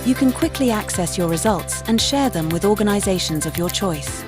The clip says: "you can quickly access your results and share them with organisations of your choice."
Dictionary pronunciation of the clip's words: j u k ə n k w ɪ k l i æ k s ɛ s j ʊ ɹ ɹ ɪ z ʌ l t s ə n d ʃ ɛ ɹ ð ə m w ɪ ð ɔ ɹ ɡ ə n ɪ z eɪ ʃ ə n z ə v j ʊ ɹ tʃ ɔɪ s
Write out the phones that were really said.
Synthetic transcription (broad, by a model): j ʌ k ə n k w ɪ k l i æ k s ɛ s j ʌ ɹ ɹ ɪ z ʌ l t s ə n ʃ ɛ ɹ ð ə m w ɪ ð ɔ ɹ ɡ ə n ɪ z eɪ ʃ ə n z ə v j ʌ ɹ tʃ ɔɪ s